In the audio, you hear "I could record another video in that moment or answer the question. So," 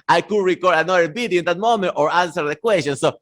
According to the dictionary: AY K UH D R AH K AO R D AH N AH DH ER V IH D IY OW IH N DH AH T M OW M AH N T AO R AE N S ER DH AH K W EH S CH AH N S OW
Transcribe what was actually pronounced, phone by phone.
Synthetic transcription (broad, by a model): AY K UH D R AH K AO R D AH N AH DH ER B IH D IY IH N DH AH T M OW M AH N T AO R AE N S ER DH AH K W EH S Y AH N S OW